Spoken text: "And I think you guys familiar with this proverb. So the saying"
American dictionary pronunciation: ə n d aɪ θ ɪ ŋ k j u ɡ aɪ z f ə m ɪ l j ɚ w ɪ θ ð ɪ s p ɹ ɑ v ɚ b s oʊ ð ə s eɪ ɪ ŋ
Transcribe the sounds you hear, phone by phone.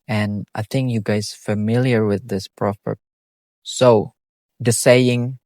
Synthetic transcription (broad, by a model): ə n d aɪ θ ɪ ŋ k j u ɡ aɪ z f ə m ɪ l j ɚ w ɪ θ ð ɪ s p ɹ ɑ p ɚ s oʊ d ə s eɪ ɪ ŋ